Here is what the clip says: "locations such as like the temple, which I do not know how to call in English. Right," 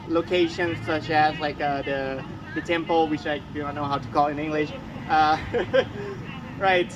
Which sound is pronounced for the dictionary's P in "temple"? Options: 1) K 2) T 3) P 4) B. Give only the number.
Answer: 3